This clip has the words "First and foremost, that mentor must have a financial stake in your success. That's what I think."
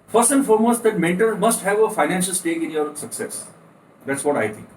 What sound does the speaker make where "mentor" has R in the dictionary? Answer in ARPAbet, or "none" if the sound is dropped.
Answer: L